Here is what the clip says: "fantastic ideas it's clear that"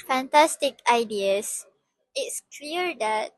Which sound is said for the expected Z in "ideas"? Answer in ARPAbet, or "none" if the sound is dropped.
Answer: S